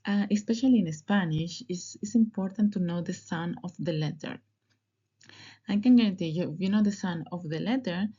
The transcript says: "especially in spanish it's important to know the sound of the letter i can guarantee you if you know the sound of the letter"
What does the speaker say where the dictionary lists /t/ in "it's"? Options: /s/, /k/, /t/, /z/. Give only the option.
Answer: /s/